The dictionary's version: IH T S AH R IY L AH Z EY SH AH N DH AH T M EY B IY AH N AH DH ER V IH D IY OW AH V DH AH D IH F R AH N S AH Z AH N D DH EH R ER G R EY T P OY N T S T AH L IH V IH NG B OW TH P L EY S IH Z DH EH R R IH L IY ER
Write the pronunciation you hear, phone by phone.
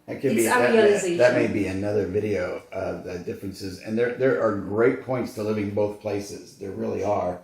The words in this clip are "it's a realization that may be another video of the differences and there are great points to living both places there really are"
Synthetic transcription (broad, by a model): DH AH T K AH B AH DH AH T M EY B IY AH N AH DH ER V IH D IY OW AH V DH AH D IH F R AH N S AH Z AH N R DH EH R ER G R EY T P OY N T S T AH L IH V IH NG B OW TH P L EY S IH Z DH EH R R IH L IY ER